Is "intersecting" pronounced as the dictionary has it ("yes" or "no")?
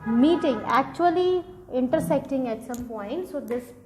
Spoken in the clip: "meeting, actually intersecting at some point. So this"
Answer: yes